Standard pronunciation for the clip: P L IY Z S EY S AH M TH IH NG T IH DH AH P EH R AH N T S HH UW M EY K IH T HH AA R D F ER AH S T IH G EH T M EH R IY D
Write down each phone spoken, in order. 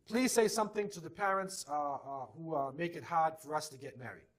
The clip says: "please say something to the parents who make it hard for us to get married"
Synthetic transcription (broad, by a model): P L IY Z S EY S AH M TH IH NG T IH DH AH P EH R AH N T S HH UW M EY K IH T HH AA R D F ER AH S T IH G EH T M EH R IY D